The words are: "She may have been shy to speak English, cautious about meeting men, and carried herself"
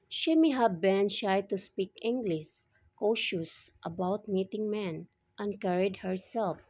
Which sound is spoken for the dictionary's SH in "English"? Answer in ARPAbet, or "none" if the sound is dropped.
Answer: S